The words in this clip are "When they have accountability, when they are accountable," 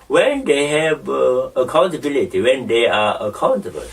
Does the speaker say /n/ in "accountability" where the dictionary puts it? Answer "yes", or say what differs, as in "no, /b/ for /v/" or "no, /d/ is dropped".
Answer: yes